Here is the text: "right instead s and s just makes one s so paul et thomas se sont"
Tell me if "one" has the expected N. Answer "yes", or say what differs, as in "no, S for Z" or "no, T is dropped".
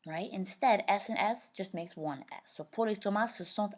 yes